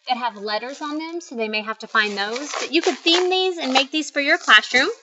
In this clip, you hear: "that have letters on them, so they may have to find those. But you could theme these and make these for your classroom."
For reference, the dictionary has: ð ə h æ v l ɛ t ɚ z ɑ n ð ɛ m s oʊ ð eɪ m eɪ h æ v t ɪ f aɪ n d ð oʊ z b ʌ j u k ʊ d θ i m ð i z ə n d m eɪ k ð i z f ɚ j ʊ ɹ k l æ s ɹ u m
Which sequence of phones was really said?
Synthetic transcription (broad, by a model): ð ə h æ v l ɛ t ɚ z n ð ɛ m s oʊ ð eɪ m eɪ h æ f t ɪ f aɪ n ð oʊ z b ʌ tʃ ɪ k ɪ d θ i m ð i z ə n m eɪ k ð i z f ɚ j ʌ ɹ k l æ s ɹ u m